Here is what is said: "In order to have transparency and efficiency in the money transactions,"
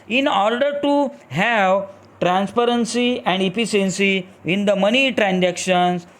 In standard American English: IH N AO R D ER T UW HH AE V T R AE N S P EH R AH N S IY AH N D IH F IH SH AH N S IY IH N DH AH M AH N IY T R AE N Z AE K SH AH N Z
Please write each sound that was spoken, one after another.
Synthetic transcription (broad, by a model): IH N AO R D ER T UW HH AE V T R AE N S P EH R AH N S IY AH N D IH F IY S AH N S IY IH N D AH M AH N IY T R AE N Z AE K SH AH N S